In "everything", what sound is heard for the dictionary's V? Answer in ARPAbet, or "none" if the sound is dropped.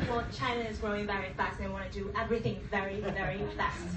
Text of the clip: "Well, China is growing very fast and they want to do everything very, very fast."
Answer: V